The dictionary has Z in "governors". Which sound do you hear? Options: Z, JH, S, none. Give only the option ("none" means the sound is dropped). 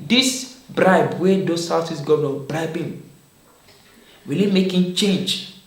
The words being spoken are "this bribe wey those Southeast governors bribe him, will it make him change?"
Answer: none